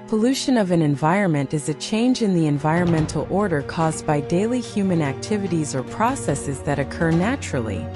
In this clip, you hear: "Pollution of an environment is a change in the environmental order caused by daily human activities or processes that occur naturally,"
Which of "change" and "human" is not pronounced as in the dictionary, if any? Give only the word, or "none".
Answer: none